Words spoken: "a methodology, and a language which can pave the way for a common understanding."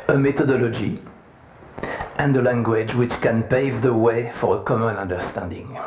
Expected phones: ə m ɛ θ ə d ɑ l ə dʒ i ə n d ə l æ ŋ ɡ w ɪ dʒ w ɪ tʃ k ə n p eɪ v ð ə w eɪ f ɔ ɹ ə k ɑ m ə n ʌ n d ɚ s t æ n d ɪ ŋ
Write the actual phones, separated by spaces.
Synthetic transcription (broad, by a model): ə m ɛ t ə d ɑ l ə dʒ i ə n d ə l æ ŋ ɡ w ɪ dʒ w ɪ tʃ k ə n p eɪ v ð ə w eɪ f ɔ ɹ ə k ɑ m ə n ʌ n d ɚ s t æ n d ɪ ŋ